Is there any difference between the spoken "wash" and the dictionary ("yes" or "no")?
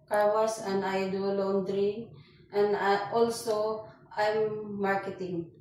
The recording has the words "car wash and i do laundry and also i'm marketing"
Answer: yes